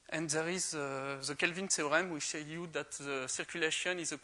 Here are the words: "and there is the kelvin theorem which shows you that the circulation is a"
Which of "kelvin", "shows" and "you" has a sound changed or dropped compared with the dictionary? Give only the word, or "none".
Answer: shows